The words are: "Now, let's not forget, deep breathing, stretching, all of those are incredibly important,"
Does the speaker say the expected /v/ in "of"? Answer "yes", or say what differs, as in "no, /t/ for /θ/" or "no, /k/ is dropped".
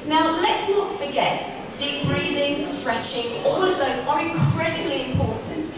yes